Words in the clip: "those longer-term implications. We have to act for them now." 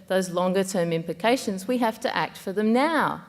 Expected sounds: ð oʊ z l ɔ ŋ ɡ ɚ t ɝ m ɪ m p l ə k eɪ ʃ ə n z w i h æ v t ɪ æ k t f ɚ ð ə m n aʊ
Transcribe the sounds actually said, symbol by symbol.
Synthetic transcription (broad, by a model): ð oʊ z l ɔ ŋ ɡ ɚ t ɝ m ɪ m p l ə k eɪ ʃ ə n z w i h æ f t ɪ æ k t f ɚ ð ə m n aʊ